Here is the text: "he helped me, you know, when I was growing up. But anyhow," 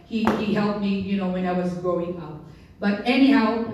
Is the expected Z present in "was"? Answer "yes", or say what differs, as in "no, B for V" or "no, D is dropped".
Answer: yes